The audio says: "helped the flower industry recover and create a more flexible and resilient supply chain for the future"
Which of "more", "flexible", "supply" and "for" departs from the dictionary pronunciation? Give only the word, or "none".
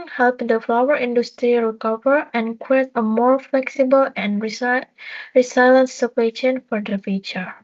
supply